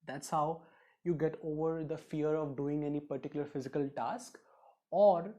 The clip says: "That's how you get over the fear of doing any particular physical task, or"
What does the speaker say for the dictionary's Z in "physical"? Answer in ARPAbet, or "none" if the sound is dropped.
Z